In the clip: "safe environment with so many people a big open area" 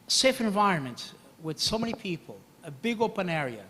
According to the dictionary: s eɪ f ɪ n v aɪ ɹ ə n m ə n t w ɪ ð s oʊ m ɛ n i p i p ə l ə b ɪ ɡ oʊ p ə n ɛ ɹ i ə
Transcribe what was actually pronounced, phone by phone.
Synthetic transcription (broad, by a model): s eɪ f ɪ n v aɪ ɹ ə n m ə n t w ɪ ð s oʊ m ɛ n i p i p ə l ə b ɪ ɡ oʊ p ə n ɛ ɹ i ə